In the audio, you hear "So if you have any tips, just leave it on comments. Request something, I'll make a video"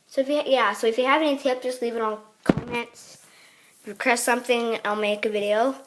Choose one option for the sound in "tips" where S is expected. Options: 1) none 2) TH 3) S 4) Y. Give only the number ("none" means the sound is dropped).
1